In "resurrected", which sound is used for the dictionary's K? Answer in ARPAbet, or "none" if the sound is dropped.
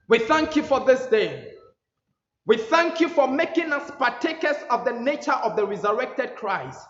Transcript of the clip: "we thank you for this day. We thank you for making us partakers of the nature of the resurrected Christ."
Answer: K